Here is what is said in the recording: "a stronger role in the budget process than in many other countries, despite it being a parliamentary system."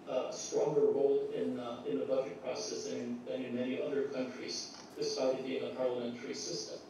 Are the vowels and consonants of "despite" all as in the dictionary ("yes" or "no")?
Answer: no